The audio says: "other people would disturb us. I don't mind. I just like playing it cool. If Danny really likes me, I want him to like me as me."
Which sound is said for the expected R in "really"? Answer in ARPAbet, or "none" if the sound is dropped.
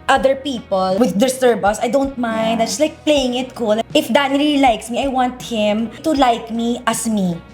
L